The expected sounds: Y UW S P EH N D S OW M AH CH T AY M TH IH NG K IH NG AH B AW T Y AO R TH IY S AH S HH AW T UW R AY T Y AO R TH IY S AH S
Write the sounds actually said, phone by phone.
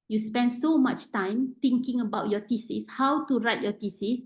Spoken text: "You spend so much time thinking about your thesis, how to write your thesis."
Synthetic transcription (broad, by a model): Y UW S P EH N D S OW M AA CH T AY M T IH NG K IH NG AH B AW T Y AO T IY S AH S HH AW T UW R AY T Y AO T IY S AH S